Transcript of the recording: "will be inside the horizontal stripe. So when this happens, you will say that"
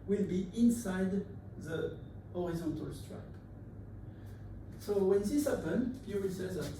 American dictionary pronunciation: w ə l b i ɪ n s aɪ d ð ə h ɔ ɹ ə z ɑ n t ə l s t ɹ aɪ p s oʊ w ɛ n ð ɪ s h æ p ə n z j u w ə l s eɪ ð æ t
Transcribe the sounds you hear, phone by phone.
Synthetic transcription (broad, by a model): w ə l b i ɪ n s aɪ d ð ə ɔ ɹ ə z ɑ n t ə l s t ɹ aɪ p s oʊ w ɛ n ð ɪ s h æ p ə n j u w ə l s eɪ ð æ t